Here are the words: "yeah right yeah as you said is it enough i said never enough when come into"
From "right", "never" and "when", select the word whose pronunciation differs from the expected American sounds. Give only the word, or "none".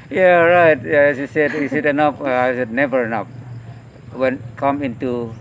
none